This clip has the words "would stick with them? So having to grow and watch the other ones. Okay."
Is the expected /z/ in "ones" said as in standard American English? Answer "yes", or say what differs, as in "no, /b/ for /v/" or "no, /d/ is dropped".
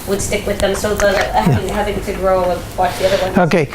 no, /z/ is dropped